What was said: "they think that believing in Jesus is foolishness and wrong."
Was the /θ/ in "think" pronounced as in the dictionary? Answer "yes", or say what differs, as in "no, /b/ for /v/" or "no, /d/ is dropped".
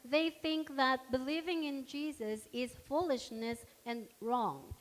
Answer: yes